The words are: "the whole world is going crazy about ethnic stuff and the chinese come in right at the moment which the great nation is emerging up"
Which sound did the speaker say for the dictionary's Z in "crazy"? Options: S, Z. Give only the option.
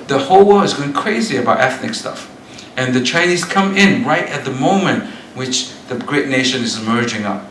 Z